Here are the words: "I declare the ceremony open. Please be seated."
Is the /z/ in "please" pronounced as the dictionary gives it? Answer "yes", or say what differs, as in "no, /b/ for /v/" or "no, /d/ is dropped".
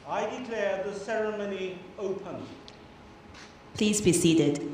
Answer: yes